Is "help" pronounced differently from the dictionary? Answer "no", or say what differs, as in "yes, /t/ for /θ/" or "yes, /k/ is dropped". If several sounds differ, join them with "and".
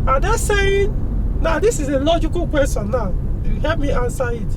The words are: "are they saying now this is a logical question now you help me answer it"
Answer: yes, /l/ is dropped